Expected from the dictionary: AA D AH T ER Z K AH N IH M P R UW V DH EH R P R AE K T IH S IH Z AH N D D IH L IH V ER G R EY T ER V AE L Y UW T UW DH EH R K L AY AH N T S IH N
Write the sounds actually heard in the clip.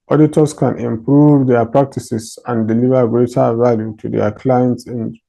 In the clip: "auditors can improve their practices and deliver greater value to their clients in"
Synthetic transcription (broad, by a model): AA D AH T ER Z K AH N IH M P R UW V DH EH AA P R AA K T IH S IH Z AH N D D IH L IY V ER G R EY T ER V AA L Y UW T UW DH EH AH K L AY AH N T S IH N